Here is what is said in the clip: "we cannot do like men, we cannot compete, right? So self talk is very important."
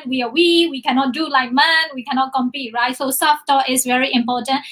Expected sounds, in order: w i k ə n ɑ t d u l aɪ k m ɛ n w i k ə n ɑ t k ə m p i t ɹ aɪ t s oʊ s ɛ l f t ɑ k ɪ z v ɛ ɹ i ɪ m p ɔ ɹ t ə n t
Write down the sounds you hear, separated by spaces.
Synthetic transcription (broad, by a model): w i k ə n ɑ t d u l aɪ k m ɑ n w i k ə n ɑ t k ə m p i t ɹ aɪ t s oʊ s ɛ f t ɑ ɪ s v ɛ ɹ i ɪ m p ɔ t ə n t